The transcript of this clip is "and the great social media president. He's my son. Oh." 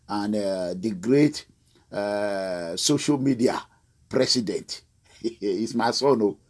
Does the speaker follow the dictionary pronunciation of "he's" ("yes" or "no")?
no